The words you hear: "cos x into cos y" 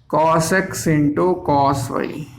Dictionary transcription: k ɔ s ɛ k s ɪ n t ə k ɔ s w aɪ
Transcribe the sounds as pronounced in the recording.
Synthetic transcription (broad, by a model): k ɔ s ɛ k s ɪ n t ə k ɔ s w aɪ